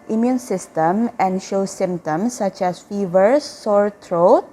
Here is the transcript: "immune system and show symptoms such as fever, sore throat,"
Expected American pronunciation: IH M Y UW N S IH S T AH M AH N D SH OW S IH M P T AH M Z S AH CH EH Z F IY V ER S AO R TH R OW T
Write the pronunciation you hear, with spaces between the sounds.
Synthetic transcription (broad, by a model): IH M Y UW N S IH S T AH M AH N D SH OW S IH M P T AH M S AH CH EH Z F IY V ER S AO R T R OW T